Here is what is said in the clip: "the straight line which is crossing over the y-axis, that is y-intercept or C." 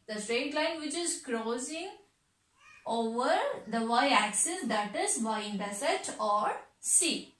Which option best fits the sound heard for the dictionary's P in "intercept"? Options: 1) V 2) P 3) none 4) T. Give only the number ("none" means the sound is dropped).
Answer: 3